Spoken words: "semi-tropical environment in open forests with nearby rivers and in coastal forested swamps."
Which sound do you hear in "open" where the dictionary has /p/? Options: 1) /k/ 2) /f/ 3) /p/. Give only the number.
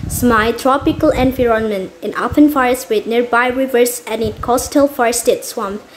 2